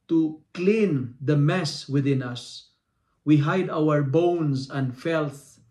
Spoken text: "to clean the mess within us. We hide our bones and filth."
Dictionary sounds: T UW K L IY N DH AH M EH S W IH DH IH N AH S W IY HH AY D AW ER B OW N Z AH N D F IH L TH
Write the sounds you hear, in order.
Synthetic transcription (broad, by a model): T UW K L IY N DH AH M EH S W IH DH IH N AH S W IY HH AY D AW ER B OW N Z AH N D F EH L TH